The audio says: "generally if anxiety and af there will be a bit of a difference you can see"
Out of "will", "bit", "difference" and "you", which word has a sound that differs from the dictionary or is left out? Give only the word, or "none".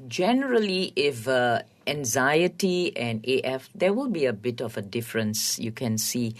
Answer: none